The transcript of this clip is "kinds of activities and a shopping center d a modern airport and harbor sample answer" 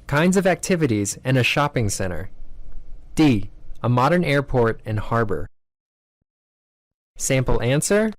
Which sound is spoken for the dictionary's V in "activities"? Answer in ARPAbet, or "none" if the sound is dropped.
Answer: V